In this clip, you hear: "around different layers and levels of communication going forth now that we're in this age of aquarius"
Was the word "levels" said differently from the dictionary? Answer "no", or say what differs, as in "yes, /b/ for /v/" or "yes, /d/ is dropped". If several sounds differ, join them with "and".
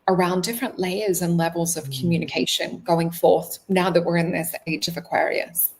no